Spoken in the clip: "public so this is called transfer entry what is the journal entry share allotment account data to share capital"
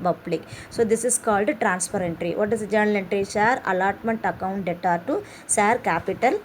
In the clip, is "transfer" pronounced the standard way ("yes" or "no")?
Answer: no